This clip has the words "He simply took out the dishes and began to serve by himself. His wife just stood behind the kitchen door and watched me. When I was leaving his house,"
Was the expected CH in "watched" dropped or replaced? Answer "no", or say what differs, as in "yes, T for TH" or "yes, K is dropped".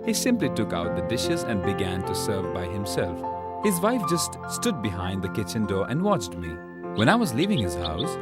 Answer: no